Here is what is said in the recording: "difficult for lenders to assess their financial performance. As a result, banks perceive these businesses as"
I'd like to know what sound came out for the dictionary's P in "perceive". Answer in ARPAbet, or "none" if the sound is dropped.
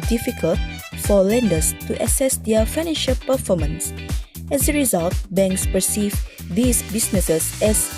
P